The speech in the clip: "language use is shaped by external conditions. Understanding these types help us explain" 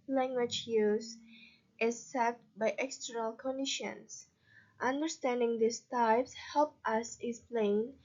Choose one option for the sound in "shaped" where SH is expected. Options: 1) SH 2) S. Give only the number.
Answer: 2